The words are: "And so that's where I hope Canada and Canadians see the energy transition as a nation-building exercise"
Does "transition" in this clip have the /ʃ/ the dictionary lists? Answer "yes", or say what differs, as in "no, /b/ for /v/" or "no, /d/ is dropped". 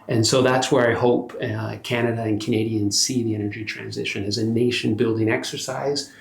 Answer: yes